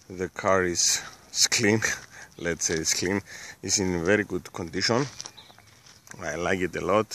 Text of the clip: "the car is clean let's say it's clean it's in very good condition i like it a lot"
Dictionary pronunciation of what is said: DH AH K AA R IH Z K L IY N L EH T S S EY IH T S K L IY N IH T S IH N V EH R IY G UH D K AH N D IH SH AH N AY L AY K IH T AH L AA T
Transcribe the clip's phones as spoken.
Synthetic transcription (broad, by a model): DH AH K AA R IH S K L IY N L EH T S S EY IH S K L IY N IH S IH N V EH R IY G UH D K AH N D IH SH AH N AY L AY K IH T AH L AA T